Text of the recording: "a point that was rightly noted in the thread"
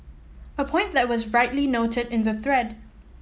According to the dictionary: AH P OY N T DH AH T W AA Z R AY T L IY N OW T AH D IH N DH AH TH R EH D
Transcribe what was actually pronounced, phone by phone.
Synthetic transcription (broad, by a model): AH P OY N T DH AH T W AA Z R AY T L IY N OW T AH D IH N DH AH TH R EH D